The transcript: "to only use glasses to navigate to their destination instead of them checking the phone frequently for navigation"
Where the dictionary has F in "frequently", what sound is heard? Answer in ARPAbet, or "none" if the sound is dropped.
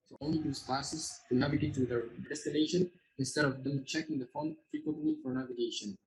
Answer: F